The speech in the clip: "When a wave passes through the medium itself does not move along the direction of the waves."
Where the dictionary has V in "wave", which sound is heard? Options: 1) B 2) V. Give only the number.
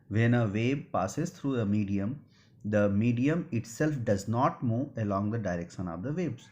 1